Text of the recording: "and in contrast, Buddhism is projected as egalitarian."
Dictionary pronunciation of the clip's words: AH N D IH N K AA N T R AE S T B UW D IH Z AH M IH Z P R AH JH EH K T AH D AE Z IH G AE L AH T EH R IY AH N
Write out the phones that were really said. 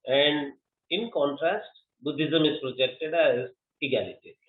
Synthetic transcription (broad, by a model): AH N D IH N K AA N T R AE S T B UW D IH Z AH M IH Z P R AH JH EH K T AH D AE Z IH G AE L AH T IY